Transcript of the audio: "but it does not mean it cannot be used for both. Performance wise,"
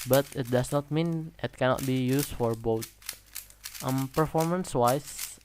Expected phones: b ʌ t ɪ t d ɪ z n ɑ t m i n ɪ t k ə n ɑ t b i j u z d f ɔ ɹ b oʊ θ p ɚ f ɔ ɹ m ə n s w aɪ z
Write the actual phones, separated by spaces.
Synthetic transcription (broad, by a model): b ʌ t ɪ t d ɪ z n ɑ t m i n ɪ t k ə n ɑ t b i j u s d f ɔ ɹ b oʊ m p ɚ f ɔ ɹ m ə n s w aɪ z